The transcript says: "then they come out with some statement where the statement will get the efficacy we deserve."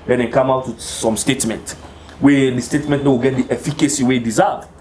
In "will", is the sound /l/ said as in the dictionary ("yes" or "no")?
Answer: no